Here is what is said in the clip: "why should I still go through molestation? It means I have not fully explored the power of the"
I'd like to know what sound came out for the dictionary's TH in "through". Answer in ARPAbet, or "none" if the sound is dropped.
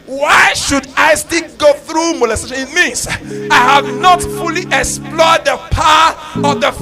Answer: TH